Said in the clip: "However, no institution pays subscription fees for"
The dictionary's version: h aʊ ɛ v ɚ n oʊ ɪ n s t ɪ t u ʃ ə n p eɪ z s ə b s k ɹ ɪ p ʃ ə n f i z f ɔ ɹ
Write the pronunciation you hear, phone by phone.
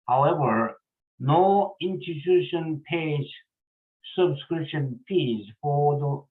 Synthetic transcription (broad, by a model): h aʊ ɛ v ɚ n oʊ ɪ n s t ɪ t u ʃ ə n p eɪ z s ə b s k ɹ ɪ p ʃ ə n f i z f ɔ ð